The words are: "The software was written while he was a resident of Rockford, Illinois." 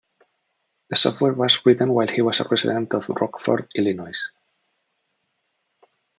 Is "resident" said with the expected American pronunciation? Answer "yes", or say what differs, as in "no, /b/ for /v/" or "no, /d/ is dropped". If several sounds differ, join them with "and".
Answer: no, /s/ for /z/